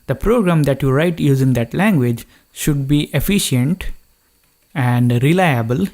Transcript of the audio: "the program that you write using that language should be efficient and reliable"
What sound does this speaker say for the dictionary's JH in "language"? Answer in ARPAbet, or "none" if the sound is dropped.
JH